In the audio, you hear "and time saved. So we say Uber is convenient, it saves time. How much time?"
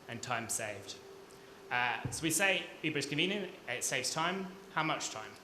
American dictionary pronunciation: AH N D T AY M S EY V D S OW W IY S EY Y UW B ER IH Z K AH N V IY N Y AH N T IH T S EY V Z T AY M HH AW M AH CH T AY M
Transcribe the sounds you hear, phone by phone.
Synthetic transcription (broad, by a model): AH N T AY M S EY V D S OW W IY S EY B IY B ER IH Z K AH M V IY N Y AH N IH T S EY V Z T AY M HH AW M AH CH T AY M